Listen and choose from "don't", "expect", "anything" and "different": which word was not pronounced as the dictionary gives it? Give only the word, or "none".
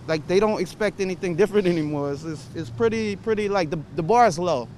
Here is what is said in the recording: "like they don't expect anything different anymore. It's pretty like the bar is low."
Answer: none